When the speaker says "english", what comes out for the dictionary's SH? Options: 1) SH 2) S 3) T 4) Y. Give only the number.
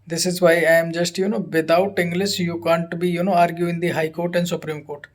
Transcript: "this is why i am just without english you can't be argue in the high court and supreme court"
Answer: 2